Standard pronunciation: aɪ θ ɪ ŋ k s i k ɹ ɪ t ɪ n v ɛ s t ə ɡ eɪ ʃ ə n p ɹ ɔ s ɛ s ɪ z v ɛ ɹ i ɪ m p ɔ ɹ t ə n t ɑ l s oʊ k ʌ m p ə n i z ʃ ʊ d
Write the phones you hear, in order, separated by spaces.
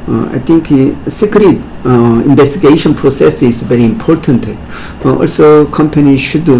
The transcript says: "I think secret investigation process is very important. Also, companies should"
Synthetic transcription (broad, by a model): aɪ t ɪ ŋ k s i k ɹ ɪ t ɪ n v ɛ s t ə ɡ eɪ ʃ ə n p ɹ ɔ s ɛ s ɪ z v ɛ ɹ i ɪ m p ɔ ɹ t ə n t ɑ l s oʊ k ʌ m p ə n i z ʃ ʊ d